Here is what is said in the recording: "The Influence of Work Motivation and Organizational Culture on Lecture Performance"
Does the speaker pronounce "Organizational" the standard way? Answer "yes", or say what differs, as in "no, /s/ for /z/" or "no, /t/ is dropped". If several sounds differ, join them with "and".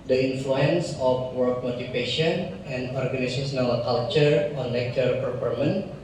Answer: no, /s/ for /z/ and /s/ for /ʃ/